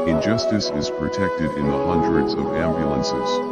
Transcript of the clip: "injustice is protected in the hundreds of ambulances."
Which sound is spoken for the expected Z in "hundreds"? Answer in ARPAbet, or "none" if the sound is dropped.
Z